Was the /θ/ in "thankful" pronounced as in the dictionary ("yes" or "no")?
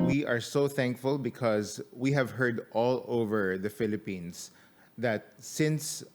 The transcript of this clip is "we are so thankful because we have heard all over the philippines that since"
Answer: yes